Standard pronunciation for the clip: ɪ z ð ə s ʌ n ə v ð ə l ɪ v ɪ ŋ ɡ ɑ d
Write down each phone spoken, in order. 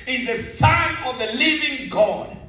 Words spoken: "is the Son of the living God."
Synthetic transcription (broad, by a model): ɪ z ð ə s ʌ n ə v ð ə l ɪ v ɪ ŋ ɡ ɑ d